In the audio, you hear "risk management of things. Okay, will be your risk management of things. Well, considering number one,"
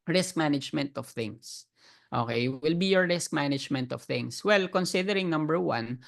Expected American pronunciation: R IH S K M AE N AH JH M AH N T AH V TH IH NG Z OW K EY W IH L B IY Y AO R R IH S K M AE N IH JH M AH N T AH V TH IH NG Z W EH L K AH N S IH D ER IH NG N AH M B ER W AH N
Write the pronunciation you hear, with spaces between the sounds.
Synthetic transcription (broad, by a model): R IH S K M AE N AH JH M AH N T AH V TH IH NG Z OW K EY W IH L B IY Y AO R R IH S K M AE N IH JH M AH N T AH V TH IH NG S W EH L K AH N S IH D ER IH NG N AH M B ER W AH N